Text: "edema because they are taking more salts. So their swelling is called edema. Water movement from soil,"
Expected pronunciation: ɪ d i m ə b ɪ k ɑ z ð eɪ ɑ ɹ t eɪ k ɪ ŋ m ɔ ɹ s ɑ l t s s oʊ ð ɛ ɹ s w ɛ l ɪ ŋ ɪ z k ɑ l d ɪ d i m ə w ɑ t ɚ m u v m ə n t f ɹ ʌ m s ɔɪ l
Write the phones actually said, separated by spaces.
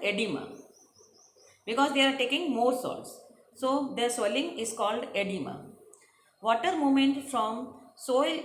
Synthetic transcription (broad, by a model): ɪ d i m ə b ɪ k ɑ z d eɪ ɑ ɹ t eɪ k ɪ ŋ m ɔ ɹ s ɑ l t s s oʊ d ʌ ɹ s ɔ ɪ l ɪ ŋ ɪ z k ɑ l d ɪ d i m ə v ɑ t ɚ m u m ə n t f ɹ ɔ m s ɔɪ l